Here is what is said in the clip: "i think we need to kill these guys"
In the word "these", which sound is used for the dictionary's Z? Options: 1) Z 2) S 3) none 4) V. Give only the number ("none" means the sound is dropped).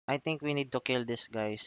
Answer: 2